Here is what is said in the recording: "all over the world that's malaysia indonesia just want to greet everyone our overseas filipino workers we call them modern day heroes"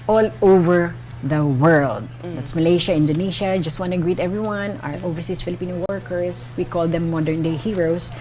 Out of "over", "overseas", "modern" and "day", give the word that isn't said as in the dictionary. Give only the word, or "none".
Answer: overseas